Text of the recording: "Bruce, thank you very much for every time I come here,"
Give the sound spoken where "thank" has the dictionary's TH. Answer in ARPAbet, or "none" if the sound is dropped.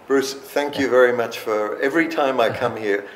TH